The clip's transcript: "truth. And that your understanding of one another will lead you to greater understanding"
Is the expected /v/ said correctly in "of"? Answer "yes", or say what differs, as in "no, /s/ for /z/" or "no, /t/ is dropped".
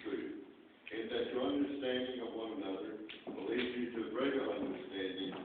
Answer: yes